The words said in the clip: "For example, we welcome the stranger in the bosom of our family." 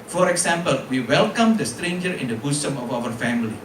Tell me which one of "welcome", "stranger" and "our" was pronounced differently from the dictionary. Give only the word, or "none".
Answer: none